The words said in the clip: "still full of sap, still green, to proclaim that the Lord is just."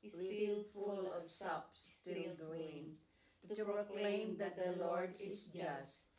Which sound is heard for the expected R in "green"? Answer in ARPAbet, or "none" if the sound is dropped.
none